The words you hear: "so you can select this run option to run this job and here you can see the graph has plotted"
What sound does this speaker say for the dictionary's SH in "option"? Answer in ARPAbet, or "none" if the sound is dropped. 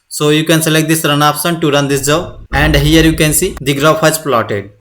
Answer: S